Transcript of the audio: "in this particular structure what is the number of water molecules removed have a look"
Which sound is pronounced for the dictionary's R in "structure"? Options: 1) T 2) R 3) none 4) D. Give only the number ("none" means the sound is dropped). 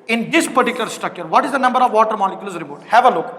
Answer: 3